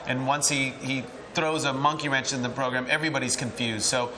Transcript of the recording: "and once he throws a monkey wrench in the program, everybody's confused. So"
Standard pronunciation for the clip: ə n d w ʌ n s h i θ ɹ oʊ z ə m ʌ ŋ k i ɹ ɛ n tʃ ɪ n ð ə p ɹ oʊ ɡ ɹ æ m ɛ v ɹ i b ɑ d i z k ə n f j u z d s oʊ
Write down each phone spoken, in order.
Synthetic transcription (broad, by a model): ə n w ʌ n s h i θ ɹ oʊ z ə m ʌ ŋ k i ɹ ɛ n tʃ ɪ n ð ə p ɹ oʊ ɡ ɹ æ m ɛ v ɹ i b ɑ d i z k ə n f j u z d s oʊ